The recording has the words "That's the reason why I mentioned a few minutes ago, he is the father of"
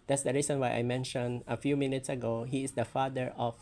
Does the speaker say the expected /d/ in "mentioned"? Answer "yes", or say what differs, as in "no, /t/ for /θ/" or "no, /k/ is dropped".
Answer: no, /d/ is dropped